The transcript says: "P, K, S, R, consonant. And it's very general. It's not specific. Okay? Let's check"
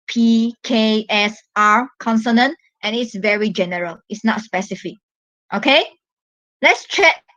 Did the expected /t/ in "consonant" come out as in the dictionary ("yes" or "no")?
yes